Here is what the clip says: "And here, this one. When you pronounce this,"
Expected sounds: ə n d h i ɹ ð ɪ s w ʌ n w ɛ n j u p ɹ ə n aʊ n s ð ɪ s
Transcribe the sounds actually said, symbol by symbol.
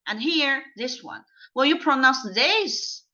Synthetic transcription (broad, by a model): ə n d h i ɹ ð ɪ s w ʌ n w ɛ l j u p ɹ ə n aʊ n s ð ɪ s